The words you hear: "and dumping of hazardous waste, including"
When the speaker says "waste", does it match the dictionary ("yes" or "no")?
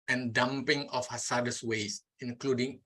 no